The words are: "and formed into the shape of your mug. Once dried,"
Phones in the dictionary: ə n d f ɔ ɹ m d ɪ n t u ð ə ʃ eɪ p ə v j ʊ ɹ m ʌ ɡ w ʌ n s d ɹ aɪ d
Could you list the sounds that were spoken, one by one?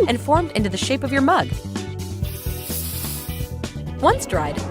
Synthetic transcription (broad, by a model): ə n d f ɔ ɹ m d ɪ n t u ð ə ʃ eɪ p ə v j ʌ ɹ m ʌ ɡ w ʌ n s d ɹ aɪ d